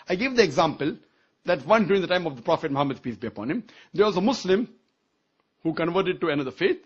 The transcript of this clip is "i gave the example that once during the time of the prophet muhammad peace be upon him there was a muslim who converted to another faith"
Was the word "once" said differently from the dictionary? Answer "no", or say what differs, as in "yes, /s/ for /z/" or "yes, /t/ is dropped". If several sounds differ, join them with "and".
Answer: yes, /s/ is dropped